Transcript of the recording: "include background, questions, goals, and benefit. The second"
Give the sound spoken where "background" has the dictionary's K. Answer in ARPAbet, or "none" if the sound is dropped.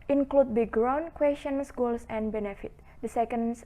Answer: none